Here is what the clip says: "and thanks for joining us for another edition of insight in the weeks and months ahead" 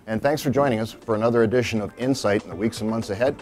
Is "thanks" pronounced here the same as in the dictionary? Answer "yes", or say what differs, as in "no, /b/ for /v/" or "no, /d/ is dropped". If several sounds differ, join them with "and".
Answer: yes